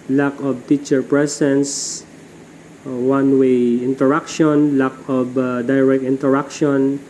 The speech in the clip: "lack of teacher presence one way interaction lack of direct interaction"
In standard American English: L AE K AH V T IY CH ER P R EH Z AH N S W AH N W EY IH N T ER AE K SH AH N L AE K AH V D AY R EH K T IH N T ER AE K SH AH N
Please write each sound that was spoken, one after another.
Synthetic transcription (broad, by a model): L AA K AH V T IY CH ER P R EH S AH N S W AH N W EY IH N T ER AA K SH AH N L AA K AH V D AY R EH K T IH N T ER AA K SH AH N